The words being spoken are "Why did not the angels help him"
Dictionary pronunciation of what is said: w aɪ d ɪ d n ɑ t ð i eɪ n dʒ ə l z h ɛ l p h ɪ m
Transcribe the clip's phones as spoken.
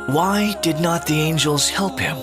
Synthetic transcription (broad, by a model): w aɪ d ɪ d n ɑ t ð i eɪ n dʒ ə l z h ɛ l p h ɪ m